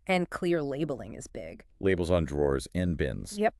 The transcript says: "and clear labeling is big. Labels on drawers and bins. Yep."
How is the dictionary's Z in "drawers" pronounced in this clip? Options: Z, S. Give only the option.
Z